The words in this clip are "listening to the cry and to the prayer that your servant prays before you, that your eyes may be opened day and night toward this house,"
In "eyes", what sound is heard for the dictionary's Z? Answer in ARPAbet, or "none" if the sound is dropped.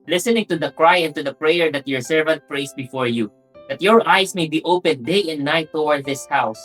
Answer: S